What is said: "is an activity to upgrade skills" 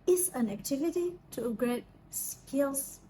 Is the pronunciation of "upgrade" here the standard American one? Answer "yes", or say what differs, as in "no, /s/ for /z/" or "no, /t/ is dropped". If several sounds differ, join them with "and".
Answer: no, /p/ is dropped